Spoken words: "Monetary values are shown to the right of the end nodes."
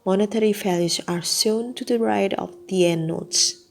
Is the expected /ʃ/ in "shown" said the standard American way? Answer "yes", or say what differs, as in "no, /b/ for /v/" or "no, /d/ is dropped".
no, /s/ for /ʃ/